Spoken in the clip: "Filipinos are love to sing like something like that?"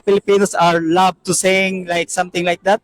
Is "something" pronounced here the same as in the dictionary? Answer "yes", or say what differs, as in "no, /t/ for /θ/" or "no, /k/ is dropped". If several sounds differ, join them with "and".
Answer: no, /t/ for /θ/